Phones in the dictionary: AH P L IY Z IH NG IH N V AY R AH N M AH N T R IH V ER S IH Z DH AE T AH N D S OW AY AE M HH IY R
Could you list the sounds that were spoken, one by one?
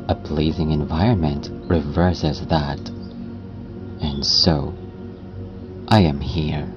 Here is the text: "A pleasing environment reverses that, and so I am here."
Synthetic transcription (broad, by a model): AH P L IY Z IH NG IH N V AY R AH N M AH N T R IH V ER S IH Z DH AE T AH N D S OW AY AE M HH IY R